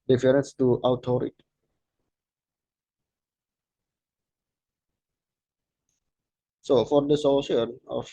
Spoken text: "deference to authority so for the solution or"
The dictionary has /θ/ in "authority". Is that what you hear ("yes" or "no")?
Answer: no